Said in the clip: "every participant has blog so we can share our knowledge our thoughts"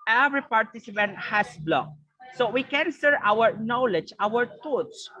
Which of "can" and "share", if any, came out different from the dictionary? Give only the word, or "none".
share